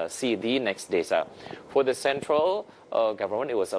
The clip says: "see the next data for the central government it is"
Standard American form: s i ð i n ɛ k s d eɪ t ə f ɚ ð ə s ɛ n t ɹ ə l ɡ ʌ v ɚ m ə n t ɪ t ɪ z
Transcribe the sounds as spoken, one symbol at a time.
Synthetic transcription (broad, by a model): s i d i n ɛ k s d eɪ s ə f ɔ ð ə s ɛ n t ɹ ə l ɡ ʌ v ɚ m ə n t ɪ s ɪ